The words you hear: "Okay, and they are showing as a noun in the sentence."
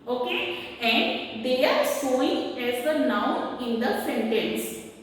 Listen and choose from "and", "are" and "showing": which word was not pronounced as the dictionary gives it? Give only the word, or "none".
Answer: showing